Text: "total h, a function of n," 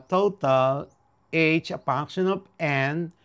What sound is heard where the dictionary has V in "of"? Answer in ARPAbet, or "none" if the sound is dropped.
P